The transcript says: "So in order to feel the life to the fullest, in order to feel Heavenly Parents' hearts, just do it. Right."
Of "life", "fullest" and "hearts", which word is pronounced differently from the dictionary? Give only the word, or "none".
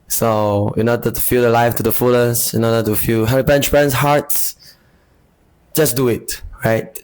fullest